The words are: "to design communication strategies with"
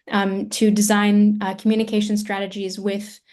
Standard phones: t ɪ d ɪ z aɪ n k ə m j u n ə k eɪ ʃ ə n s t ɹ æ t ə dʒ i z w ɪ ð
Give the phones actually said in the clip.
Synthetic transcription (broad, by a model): t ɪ d ɪ z aɪ n k m j u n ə k eɪ ʃ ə n s t ɹ æ t ə dʒ i z w ɪ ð